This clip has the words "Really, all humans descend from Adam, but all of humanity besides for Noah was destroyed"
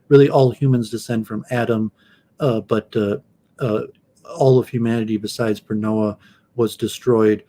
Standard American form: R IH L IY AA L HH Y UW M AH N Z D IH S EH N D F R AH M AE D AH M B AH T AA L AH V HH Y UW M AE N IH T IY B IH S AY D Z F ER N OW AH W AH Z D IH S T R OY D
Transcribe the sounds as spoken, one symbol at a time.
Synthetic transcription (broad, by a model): R IH L IY AA L HH Y UW M AH N Z D IH S EH N D F R AH M AE D AH M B AH T AA L AH V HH Y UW M AE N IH T IY B IH S AY D Z P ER N OW AH W AH Z D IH S T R OY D